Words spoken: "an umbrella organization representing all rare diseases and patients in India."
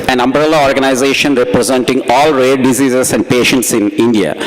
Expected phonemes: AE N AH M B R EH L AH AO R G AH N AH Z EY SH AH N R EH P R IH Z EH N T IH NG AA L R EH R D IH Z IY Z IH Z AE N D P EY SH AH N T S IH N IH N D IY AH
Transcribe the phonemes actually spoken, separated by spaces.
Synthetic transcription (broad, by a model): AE N AH M B R EH L AH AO R G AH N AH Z EY SH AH N R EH P R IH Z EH N T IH NG AA L R EH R D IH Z IY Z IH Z AE N D P EY SH AH N T S IH N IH N D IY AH